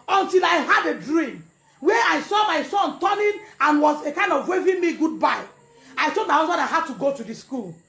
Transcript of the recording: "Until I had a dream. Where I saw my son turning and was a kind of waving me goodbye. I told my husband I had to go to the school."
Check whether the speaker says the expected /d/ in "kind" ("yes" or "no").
yes